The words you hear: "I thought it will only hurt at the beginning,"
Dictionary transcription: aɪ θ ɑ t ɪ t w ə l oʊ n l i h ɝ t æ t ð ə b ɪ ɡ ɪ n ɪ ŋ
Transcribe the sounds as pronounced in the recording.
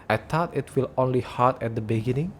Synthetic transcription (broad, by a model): aɪ t ɑ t ɪ t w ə l oʊ n l i h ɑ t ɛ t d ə b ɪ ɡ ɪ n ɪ ŋ